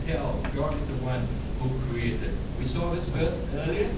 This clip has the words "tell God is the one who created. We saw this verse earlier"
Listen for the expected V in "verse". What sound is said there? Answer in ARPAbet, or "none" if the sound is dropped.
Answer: F